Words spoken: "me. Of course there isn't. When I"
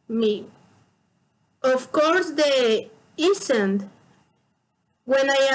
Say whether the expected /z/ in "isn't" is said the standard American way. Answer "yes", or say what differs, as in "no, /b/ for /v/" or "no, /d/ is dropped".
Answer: no, /s/ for /z/